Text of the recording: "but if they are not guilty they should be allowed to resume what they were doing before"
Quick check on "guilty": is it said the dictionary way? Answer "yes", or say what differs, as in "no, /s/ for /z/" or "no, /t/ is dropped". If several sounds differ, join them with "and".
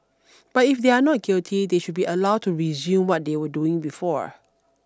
yes